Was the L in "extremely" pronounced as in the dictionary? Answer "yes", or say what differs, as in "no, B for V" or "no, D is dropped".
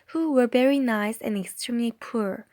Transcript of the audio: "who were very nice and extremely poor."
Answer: yes